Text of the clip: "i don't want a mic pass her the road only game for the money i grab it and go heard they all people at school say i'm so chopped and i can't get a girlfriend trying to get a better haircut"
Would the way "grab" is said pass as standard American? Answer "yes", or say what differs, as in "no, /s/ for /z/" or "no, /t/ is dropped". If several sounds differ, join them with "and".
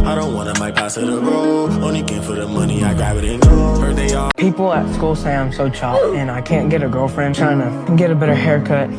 no, /ɹ/ is dropped